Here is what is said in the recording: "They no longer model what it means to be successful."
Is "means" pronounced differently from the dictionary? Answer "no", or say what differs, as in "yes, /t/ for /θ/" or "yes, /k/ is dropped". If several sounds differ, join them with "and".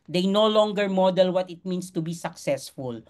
yes, /s/ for /z/